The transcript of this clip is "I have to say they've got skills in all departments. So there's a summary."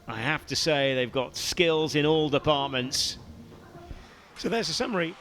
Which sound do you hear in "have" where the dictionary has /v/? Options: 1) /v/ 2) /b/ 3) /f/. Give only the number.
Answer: 3